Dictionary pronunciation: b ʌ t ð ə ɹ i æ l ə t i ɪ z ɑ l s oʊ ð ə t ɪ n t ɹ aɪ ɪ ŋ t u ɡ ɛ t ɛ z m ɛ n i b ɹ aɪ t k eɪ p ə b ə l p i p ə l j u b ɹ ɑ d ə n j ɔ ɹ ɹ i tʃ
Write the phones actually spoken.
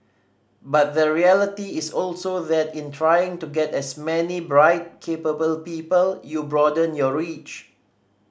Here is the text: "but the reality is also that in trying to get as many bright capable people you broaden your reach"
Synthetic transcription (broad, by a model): b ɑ t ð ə ɹ i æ l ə t i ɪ s ɑ l s oʊ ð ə t ɪ n t ɹ aɪ ɪ ŋ t u ɡ ɛ t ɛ s m ɛ n i b ɹ aɪ t k eɪ p ə b ə l p i p ə l j u b ɹ ɑ d ə n j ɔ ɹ ɹ i tʃ